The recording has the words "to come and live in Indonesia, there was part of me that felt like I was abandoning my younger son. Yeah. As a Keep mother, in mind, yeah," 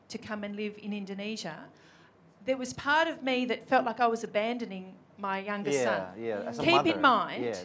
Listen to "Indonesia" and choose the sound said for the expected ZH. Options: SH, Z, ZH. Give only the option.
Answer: ZH